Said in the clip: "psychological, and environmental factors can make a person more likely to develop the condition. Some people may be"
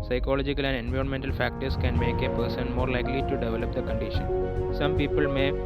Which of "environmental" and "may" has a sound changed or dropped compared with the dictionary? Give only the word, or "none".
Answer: none